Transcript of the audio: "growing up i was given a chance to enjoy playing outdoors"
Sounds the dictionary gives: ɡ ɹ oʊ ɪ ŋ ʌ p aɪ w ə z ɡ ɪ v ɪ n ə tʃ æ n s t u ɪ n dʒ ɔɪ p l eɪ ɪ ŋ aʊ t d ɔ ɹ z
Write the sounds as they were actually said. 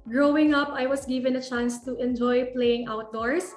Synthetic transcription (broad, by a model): ɡ ɹ oʊ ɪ ŋ ʌ p aɪ w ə s ɡ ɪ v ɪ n ə tʃ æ n s t u ɪ n dʒ ɔɪ p l eɪ ɪ ŋ aʊ t d ɔ ɹ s